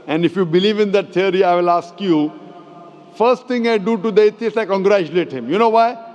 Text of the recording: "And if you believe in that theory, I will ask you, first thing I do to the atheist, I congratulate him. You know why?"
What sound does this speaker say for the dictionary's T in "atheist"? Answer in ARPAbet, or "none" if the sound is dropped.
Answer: none